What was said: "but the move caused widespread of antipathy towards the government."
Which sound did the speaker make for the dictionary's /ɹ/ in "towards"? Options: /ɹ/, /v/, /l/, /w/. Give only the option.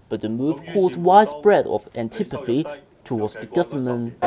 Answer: /w/